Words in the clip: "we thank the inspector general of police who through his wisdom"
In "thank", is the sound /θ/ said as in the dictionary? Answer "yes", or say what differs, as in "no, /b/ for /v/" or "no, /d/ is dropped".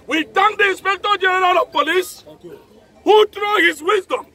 no, /t/ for /θ/